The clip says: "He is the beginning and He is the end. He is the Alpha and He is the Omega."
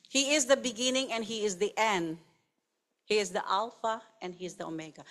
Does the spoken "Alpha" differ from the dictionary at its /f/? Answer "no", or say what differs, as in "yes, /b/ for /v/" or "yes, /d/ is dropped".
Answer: no